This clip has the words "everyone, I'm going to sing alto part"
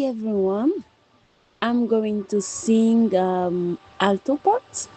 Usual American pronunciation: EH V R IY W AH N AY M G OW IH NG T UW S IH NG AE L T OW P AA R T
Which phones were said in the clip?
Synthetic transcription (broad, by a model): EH V R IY W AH N AY M G OW IH NG T UW S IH NG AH L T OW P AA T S